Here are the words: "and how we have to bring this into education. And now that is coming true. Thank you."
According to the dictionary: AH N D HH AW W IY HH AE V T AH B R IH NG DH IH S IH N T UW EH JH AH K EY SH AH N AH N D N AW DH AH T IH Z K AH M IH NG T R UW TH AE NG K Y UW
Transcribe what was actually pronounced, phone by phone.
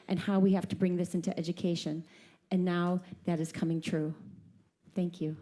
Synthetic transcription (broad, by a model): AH N HH AW W IY HH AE F T AH B R IH NG DH IH S IH N T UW EH JH AH K EY SH AH N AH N N AW DH AH T IH Z K AH M IH NG T R UW TH AE NG K Y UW